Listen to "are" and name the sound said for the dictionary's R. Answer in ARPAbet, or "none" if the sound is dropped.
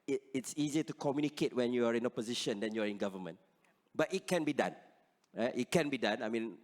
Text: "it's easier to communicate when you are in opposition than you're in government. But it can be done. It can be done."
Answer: R